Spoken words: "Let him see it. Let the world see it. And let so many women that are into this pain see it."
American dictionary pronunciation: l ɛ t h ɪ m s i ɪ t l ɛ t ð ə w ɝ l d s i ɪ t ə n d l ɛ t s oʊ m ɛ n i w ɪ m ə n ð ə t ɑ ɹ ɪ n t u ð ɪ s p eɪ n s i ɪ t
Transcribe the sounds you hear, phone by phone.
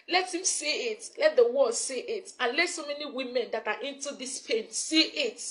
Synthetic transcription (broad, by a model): l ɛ t h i m s i ɪ t l ɛ t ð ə w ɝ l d s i ɪ t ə n l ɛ s oʊ m ɛ n i w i m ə n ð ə t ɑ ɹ ɪ n t u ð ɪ s p eɪ n s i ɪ t